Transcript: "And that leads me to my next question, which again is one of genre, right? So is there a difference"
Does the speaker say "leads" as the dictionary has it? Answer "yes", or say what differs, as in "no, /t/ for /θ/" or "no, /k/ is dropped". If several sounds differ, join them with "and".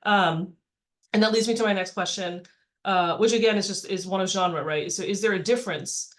yes